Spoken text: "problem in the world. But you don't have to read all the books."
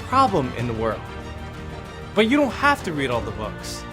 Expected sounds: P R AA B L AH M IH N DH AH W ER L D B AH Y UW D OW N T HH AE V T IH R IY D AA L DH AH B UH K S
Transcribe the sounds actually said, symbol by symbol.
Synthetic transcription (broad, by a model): P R AA B L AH M IH N DH AH W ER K B AH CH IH D OW N T HH AE F T IH R IY D AA L DH AH B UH K S